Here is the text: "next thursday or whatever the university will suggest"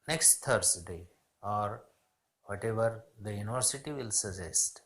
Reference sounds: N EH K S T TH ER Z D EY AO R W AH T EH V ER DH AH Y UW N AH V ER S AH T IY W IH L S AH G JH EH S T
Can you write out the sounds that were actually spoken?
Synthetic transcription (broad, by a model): N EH K S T T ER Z D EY AO R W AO T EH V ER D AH Y UW N AH V ER S AH T IY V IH L S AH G JH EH S T